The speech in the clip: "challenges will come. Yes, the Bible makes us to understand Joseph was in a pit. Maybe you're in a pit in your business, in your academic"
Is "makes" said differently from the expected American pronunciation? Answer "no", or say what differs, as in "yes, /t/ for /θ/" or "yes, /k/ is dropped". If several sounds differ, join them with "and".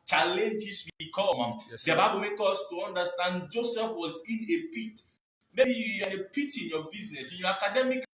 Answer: yes, /s/ is dropped